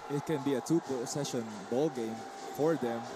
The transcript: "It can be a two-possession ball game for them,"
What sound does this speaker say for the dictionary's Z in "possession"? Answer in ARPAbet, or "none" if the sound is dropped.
S